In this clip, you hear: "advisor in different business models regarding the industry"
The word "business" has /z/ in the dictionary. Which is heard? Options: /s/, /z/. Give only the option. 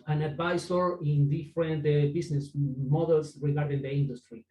/s/